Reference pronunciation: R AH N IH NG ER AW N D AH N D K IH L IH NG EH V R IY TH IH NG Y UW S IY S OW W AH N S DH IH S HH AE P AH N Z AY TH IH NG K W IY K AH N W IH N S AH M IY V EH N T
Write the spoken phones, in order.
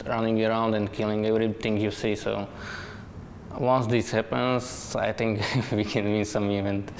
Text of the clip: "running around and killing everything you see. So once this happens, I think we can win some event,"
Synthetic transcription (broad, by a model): R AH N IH NG ER AW N D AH N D K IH L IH NG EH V R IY T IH NG Y UW S IY S OW W AH N S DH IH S HH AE P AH N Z AY T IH NG K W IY K AH N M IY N S AH M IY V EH N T